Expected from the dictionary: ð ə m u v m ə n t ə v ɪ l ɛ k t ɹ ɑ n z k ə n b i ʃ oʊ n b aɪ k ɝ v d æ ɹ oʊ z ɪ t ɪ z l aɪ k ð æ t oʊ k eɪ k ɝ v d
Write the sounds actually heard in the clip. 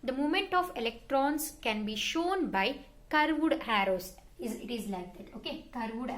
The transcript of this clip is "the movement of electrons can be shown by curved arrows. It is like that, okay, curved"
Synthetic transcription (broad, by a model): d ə m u m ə n t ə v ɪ l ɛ k t ɹ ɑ n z k ə n b i ʃ oʊ n b aɪ k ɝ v d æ ɹ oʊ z ɪ t ɪ z l aɪ k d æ t oʊ k eɪ k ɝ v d